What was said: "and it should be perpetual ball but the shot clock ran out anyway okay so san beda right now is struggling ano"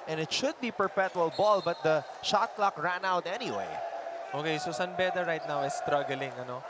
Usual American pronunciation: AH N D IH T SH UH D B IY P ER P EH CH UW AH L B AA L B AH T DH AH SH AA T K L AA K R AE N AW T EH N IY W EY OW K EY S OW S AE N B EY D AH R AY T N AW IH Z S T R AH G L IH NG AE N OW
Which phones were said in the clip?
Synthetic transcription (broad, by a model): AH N IH T SH UH D B IY P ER P EH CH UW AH L B AA L B AH T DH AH SH AA T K L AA K R AE N AW T EH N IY W EY OW K EY S OW S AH N B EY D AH R AY T N AW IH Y S T R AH G L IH NG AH N OW